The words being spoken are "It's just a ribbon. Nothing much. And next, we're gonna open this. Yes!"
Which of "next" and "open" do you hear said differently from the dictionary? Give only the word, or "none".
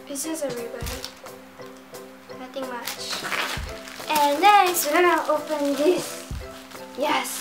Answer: next